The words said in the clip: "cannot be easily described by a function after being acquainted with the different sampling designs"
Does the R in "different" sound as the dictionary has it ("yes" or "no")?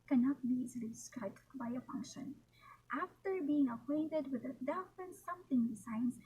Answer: no